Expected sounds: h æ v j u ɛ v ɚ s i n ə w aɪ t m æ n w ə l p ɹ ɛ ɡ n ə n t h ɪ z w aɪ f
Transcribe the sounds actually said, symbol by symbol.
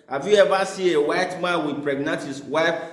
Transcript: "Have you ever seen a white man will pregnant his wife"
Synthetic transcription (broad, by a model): h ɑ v j u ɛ v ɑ s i ə w aɪ t m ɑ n w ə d p ɹ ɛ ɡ n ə t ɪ s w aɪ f